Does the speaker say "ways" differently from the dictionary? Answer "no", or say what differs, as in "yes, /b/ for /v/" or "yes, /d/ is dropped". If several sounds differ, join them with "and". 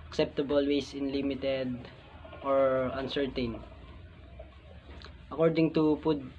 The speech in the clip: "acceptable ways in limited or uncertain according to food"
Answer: yes, /s/ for /z/